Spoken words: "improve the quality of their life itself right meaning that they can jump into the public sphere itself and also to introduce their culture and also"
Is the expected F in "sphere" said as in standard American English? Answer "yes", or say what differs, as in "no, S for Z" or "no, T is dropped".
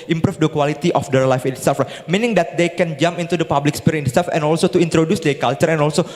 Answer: no, P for F